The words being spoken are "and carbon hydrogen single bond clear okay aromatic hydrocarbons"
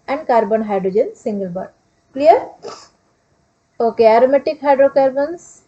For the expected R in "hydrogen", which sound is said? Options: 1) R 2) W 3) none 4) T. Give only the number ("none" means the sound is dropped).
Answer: 1